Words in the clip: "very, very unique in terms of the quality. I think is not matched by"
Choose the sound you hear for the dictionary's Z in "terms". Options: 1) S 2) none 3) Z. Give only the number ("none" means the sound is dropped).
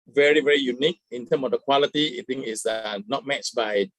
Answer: 2